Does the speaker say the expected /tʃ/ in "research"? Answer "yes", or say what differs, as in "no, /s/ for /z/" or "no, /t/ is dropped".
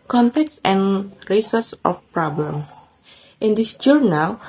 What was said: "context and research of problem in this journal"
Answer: no, /s/ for /tʃ/